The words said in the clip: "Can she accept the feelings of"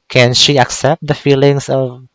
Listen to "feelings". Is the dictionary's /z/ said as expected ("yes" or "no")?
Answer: no